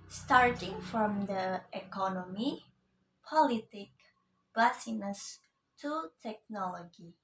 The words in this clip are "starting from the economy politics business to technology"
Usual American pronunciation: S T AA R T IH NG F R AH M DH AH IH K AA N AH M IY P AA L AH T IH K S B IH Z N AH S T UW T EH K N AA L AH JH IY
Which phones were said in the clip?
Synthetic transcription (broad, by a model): S T AA R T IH NG F R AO M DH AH IH K AA N AH M IY P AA L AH T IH K B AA S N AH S T UW T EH K N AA L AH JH IY